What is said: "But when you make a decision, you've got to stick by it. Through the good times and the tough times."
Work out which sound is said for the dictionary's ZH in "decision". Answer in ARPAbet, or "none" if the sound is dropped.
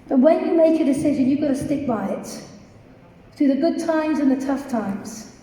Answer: ZH